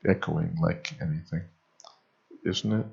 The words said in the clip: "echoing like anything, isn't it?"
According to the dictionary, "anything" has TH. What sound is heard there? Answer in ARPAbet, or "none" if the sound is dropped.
TH